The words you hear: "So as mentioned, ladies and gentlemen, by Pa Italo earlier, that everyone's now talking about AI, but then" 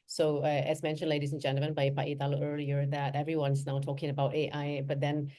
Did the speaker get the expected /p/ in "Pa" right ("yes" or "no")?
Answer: no